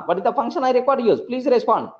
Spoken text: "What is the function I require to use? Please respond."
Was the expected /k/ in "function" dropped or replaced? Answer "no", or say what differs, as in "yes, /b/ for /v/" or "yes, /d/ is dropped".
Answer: no